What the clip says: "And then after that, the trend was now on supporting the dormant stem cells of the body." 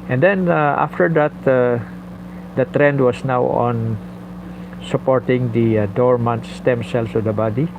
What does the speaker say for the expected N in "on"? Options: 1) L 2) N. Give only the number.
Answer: 2